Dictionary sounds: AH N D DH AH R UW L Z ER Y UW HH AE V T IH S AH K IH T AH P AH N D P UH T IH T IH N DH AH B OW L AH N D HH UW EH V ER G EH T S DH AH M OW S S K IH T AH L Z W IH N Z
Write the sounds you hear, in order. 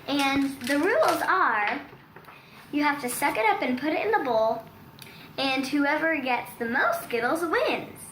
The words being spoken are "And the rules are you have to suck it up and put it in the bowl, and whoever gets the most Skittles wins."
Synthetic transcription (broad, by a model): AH N DH AH R UW L Z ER Y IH HH AE F T IH S AH K IH T AH P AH N P UH T IH T IH N DH AH B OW L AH N HH UW EH V ER G EH T S DH AH M OW S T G IH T L Z W IH N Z